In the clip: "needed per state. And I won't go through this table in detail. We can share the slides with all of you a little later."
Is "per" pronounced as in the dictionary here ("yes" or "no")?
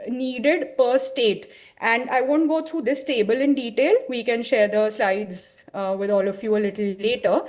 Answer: yes